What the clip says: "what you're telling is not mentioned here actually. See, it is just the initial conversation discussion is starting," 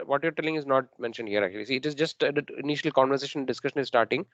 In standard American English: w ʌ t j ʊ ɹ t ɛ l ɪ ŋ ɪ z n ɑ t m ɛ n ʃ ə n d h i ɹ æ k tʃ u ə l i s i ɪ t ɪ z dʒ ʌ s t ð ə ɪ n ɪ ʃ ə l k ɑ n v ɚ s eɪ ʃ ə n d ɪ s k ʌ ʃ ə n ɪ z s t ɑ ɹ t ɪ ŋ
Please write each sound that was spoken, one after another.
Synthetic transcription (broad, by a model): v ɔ t j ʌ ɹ t ɛ l ɪ ŋ ɪ z n ɑ t m ɛ n ʃ ə n d h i ɹ æ k tʃ u ə l i s i ɪ t ɪ z dʒ ʌ s t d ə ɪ n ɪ ʃ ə l k ɑ n v ɚ s eɪ ʃ ə n d ɪ s k ʌ ʃ ə n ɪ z s t ɑ ɹ t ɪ ŋ